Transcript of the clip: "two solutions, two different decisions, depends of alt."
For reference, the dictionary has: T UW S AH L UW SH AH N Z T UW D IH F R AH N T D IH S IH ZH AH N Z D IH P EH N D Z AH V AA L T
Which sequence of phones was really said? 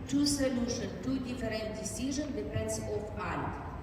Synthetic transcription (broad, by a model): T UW S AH L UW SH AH N T UW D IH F R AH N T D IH S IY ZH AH N D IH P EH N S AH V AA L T